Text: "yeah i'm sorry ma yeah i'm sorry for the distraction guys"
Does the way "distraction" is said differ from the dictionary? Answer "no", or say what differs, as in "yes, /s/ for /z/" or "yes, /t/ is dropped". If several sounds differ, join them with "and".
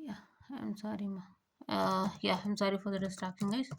yes, /ɹ/ is dropped and /ʃ/ is dropped